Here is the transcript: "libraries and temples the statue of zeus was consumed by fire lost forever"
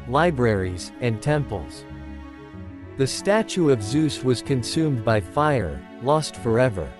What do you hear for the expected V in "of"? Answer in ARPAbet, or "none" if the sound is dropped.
V